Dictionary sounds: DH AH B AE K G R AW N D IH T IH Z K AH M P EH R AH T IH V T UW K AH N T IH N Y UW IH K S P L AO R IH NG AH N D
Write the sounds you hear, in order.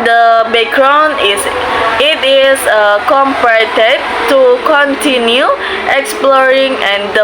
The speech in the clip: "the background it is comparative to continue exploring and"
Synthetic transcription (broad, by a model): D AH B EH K R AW N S IH T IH S K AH M P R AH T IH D T UW K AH N T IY N Y UW IH K S P L AO R IH NG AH N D